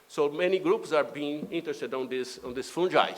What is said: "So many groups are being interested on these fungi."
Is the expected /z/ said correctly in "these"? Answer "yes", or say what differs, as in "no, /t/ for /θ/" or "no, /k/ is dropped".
no, /s/ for /z/